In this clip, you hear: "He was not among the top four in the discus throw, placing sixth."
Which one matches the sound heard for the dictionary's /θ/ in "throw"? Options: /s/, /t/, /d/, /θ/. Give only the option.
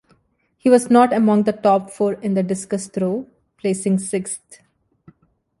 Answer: /t/